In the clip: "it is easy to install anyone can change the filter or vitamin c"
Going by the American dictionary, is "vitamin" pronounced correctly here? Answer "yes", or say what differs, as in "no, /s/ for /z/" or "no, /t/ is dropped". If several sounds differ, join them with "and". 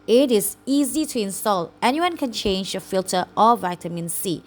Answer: yes